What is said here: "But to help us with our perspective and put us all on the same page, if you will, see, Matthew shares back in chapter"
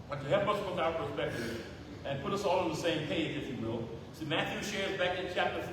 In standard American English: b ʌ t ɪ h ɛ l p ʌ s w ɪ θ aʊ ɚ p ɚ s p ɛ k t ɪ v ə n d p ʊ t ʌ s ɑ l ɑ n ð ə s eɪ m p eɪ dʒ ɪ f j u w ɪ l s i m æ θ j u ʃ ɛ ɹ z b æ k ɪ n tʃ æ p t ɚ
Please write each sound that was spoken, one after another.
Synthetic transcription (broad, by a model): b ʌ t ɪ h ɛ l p ʌ s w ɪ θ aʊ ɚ p ɚ s p ɛ k t ɪ v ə n p ʊ t ʌ s ɑ l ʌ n ð ə s eɪ m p eɪ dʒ ɪ f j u w ɪ l s i m æ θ j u ʃ ɛ ɹ z b æ k ɪ n tʃ æ p t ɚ